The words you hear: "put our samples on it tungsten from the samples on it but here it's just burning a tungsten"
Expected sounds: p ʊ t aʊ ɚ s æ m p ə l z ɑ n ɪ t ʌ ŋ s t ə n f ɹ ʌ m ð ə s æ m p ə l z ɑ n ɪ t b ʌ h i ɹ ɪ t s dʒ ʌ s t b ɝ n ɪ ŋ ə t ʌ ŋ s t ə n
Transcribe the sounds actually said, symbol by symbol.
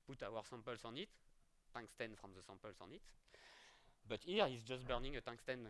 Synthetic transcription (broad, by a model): p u t aʊ ɚ s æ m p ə l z ɑ n ɪ t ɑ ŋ s t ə n f ɹ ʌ m ð ə s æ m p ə l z ɑ n ɪ t b ʌ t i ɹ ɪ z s dʒ ʌ s t b ɝ n ɪ ŋ ə t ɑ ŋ s t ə n